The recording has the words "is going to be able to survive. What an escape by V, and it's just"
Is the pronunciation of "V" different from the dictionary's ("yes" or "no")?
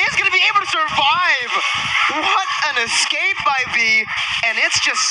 yes